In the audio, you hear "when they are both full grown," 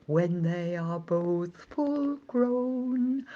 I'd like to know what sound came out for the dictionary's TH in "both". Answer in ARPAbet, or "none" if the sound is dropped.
TH